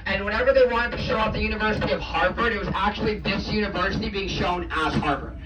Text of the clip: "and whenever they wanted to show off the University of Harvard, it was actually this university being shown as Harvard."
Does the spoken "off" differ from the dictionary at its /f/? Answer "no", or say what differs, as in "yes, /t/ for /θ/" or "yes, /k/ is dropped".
yes, /p/ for /f/